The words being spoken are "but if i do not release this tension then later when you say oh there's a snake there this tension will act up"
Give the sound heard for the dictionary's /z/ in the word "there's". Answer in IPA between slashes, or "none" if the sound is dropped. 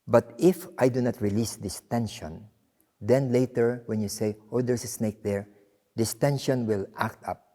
/s/